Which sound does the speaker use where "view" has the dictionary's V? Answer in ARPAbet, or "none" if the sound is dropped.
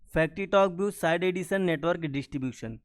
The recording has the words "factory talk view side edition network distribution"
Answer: B